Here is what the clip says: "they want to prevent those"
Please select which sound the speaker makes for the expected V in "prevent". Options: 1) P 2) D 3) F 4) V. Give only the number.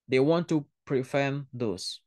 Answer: 3